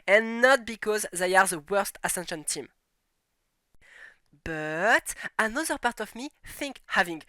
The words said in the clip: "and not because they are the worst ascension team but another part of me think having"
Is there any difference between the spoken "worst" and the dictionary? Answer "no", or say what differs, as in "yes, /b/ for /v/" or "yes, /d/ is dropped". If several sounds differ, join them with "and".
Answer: no